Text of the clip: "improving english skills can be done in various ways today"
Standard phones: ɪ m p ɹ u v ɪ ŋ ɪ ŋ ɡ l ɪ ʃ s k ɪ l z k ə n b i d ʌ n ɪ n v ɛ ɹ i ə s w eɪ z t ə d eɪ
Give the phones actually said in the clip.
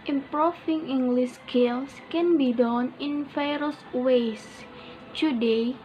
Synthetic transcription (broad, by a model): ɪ m p ɹ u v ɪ ŋ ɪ ŋ ɡ l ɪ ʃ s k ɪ l s k ə n b i d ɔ n ɪ n f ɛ ɹ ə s w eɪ s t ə d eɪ